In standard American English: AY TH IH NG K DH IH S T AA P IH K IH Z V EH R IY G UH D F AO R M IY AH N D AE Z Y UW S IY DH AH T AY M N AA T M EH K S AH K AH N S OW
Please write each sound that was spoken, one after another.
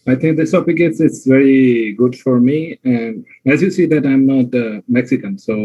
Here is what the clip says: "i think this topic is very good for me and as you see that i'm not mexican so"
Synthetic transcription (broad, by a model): AY T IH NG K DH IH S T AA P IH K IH S V EH R IY G UH D F AO R M IY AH N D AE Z Y UW S IY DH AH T AY M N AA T M EH K S AH K AH N S OW